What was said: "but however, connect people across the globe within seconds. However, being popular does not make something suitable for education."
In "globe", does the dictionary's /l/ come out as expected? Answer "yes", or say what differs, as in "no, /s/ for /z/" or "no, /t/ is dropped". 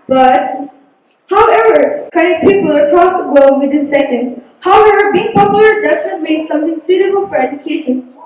no, /l/ is dropped